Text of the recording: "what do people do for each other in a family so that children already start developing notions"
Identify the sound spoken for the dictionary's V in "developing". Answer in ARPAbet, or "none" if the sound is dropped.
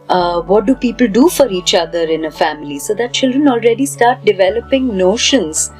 V